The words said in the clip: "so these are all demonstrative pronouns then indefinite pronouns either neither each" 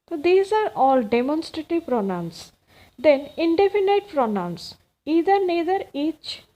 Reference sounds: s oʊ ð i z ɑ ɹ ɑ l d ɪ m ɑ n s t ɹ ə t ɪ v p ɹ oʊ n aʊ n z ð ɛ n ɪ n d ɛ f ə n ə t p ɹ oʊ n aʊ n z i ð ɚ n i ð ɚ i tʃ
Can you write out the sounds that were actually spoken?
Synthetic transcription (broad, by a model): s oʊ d i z ɑ ɹ ɑ l d ɪ m ɑ n s t ɹ ə t ɪ v p ɹ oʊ n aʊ n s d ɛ n ɪ n d ɛ f ə n ə t p ɹ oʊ n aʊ n s i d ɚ n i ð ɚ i tʃ